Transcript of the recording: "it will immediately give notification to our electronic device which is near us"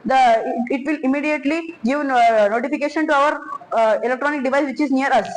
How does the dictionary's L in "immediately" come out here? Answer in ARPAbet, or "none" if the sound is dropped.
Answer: L